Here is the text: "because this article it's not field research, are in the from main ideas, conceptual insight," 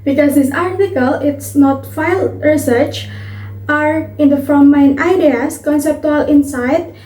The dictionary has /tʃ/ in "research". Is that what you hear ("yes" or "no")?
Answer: yes